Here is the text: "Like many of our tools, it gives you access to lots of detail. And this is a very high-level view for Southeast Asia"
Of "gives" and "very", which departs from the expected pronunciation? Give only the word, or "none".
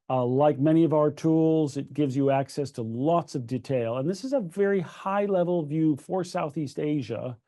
none